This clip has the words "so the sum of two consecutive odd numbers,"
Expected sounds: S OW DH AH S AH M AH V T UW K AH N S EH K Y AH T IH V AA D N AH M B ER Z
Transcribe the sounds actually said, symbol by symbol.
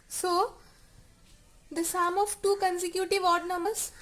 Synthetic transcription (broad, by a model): S OW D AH S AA M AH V T UW K AH N S EH K Y AH T IH V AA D N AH M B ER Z